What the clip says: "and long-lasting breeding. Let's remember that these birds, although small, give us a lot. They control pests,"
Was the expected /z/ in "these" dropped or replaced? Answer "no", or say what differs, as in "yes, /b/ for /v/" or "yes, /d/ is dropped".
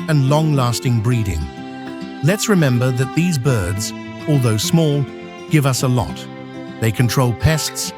no